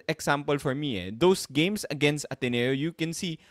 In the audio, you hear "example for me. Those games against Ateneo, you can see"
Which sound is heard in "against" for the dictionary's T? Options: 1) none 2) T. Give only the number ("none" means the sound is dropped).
2